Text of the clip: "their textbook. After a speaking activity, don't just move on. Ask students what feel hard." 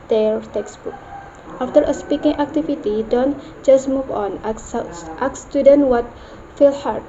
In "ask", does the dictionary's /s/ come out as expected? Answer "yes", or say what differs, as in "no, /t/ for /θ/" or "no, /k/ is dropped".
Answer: no, /s/ is dropped